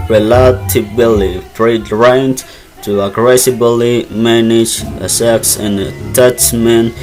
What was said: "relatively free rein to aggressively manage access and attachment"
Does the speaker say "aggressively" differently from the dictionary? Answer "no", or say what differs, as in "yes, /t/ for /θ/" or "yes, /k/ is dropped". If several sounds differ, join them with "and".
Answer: yes, /b/ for /v/